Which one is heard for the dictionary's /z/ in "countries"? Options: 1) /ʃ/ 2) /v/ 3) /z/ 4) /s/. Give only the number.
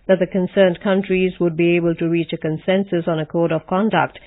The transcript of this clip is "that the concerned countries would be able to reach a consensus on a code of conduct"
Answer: 3